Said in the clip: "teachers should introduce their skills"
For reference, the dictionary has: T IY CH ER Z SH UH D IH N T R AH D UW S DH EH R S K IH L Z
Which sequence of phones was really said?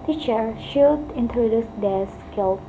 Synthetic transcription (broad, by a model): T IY CH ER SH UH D IH N T R AH D UW S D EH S K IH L